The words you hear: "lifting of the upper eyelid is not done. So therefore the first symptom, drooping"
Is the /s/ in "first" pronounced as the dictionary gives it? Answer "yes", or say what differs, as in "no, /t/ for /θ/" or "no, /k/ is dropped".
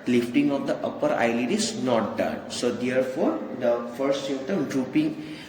no, /s/ is dropped